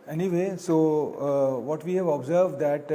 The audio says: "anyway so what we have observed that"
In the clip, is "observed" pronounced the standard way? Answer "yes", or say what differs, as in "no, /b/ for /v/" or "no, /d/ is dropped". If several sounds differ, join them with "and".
yes